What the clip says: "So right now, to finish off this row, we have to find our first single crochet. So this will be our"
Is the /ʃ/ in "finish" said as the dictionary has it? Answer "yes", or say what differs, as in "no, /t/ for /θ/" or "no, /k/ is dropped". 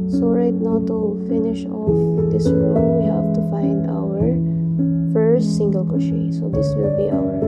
yes